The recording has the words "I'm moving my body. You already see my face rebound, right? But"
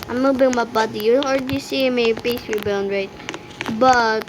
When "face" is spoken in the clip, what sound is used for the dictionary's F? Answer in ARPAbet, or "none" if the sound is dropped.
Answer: P